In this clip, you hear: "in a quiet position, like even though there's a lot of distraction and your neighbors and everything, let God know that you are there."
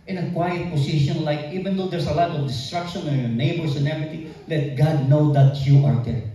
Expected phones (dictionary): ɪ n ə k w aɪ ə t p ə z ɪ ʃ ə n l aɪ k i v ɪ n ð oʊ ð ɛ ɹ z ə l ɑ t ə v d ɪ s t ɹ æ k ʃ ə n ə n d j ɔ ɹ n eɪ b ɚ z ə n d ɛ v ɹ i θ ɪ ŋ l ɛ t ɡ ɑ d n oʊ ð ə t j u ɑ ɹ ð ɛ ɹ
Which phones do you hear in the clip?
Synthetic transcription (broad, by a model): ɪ n ə k w aɪ ə t p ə s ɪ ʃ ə n l aɪ k i v ɪ n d oʊ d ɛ ɹ s ə l ɑ t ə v d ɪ s t ɹ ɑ k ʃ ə n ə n j ɔ ɹ n eɪ b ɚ s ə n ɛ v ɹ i t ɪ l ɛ t ɡ ɑ d n oʊ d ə t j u ɑ ɹ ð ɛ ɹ